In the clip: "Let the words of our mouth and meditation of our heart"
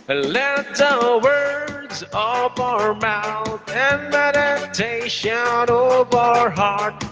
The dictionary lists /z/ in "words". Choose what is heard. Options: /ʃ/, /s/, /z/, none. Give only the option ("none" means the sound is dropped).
/z/